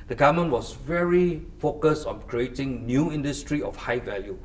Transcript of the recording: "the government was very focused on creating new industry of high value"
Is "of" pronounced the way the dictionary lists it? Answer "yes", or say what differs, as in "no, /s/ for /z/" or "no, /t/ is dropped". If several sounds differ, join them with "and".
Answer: no, /f/ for /v/